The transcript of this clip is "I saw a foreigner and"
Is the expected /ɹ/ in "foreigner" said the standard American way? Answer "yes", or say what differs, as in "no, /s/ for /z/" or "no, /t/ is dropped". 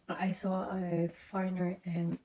no, /ɹ/ is dropped